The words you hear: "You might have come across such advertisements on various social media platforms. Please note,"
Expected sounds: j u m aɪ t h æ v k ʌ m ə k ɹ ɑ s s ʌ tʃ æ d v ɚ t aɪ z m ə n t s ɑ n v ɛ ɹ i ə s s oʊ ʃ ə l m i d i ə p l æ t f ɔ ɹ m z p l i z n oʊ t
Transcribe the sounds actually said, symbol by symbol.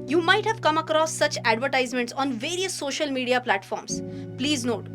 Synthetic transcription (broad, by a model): j u m aɪ t h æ v k ʌ m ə k ɹ ɑ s s ʌ tʃ æ d v ɚ t aɪ z m ə n t s ɑ n v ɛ ɹ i ə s s oʊ ʃ ə l m i d i ə p l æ t f ɔ ɹ m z p l i z n oʊ t